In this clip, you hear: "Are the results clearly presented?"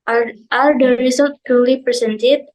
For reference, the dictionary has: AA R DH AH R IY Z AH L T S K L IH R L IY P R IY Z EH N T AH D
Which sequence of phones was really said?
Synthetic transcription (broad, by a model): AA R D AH R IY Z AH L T K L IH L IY P R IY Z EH N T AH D